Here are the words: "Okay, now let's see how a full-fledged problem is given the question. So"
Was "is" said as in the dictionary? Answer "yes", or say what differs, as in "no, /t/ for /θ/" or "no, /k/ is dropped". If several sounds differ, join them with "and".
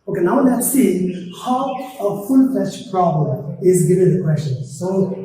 yes